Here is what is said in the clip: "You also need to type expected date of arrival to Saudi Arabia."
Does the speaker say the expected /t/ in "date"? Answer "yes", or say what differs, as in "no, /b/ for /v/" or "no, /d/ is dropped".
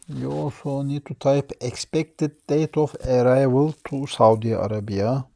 yes